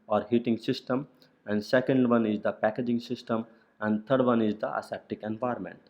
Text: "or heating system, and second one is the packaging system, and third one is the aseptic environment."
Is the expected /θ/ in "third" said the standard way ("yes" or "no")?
no